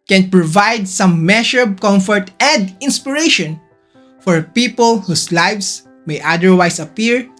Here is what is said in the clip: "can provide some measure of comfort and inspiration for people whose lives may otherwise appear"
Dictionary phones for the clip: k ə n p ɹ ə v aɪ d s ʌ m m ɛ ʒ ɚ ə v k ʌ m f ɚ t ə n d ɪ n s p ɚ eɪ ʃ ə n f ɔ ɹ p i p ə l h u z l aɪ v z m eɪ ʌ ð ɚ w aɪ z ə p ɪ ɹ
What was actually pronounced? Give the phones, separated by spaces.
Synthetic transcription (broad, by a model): k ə n p ɹ ə v aɪ d s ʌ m m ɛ ʃ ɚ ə b k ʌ m f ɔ t ə n d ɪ n s p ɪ eɪ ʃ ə n f ɔ ɹ p i p ə l h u s l aɪ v s m eɪ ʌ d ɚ w aɪ s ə p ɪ ɹ